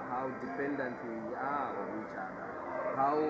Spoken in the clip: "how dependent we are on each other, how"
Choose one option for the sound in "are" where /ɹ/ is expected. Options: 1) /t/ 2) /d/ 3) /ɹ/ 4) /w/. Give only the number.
4